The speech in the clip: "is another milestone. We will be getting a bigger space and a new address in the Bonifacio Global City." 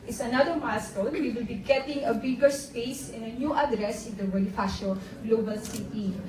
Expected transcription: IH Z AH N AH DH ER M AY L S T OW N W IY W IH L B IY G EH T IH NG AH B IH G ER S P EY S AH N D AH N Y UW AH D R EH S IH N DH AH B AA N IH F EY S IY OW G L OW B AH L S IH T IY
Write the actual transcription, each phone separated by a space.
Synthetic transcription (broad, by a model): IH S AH N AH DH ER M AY S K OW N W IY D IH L B IY G EH T IH NG AH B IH G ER S P EY S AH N AH N Y UW AH D R EH S IH N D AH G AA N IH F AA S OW G L OW B AH L S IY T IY